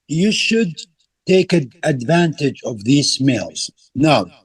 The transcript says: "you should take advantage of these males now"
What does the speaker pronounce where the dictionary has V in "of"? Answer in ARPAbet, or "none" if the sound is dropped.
V